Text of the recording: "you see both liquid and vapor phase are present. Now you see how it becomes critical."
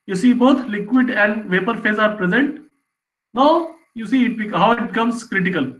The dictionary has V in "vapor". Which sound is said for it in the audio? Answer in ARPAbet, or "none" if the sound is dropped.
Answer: V